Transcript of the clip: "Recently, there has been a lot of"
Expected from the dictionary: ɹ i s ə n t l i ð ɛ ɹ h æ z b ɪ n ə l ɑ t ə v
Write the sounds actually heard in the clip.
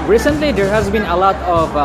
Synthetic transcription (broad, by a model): ɹ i s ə n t l i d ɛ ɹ h æ z b ɪ n ə l ɑ t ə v